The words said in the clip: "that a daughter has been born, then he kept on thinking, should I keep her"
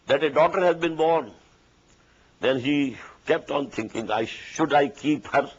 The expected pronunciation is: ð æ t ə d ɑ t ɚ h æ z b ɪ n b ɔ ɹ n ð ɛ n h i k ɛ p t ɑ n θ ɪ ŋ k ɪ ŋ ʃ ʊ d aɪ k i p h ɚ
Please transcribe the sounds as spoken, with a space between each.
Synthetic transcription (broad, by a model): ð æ t ə d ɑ t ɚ h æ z b ɪ n b ɔ ɹ n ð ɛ n h i k ɛ p t ɑ n t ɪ ŋ k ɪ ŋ ʃ ʊ d aɪ k i p h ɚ